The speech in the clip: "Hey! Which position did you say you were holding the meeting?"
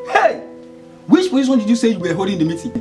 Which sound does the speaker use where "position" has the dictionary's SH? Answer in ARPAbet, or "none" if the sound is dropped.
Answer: S